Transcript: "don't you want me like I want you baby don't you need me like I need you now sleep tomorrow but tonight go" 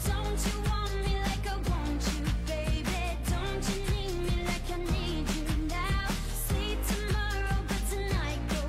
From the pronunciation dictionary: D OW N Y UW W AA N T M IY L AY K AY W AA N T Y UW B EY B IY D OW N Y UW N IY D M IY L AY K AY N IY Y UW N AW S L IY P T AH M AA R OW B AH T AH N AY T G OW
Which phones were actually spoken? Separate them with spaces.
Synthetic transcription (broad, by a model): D OW N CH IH W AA N M IY L AY K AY W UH N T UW B EY B IY D OW N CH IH N IY D M IY L AY K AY N IY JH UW N AW S IY T AH M AA R OW B AH T AH N AY T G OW